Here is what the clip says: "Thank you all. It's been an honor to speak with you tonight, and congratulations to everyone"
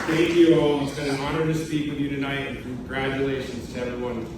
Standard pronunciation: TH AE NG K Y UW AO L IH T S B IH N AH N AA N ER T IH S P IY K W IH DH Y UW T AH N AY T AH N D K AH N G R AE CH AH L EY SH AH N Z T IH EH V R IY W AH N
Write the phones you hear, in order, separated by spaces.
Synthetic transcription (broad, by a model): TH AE NG K Y UW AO W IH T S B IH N AH N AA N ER T IH S P IY K W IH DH Y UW T AH N AY T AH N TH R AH G R AE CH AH L EY SH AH N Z T IH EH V R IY W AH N